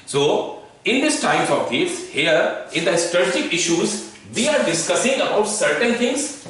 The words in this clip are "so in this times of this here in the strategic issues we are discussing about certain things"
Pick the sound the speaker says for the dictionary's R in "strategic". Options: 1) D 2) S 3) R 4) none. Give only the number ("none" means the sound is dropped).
4